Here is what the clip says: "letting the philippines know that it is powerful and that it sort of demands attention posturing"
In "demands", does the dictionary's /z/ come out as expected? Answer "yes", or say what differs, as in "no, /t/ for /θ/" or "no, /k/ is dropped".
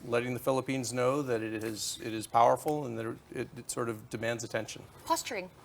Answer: yes